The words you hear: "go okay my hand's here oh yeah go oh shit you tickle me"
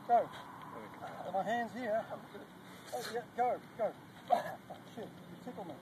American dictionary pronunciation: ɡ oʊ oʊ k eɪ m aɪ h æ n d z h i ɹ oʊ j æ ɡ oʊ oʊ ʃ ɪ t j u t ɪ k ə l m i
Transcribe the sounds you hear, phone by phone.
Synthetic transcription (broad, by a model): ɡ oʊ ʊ ʌ m aɪ h æ n d z h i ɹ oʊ j æ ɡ oʊ oʊ ʃ ɪ t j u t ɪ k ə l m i